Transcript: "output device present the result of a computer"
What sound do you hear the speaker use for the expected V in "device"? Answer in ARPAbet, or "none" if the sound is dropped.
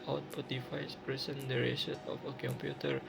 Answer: F